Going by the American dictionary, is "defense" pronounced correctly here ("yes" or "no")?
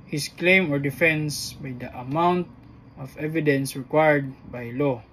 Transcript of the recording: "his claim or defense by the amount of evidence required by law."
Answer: yes